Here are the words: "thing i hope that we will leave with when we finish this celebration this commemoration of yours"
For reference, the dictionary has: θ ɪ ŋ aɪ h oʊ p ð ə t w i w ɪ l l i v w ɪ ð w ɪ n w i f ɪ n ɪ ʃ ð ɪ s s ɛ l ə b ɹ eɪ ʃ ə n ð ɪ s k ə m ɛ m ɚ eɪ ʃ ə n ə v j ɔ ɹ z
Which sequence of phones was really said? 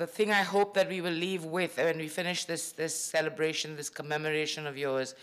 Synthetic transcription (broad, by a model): θ ɪ ŋ aɪ h oʊ p ð ə t w i w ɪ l l i v w ɪ ð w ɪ n w i f ɪ n ɪ ʃ ð ɪ s s ɛ l ə b ɹ eɪ ʃ ə n ð ɪ s k ə m ɛ m ɚ eɪ ʃ ə n ə v j ɔ ɹ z